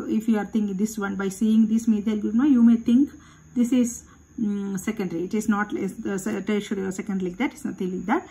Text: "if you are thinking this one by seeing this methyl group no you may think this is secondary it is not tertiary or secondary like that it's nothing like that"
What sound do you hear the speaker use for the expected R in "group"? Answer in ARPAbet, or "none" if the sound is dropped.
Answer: none